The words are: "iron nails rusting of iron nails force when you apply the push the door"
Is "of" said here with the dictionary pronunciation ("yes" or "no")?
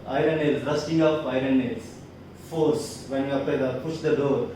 no